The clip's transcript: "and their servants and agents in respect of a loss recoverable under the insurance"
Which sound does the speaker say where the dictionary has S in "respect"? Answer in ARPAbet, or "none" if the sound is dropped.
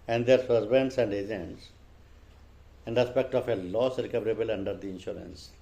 S